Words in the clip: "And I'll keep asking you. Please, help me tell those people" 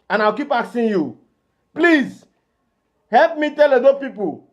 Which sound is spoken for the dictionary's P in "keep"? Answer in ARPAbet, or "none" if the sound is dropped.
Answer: P